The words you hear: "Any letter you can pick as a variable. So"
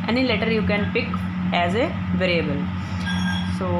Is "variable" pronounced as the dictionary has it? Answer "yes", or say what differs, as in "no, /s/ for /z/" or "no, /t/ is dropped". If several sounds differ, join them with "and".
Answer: yes